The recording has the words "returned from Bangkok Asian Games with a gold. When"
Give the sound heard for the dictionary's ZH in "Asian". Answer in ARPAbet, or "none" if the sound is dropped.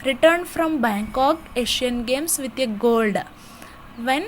SH